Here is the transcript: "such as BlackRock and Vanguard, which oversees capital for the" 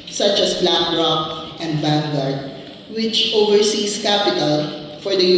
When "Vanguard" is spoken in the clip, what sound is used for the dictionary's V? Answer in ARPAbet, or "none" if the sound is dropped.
B